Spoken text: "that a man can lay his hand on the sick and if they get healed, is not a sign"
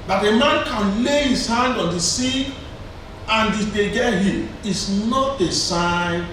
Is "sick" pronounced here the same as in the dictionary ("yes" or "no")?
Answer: no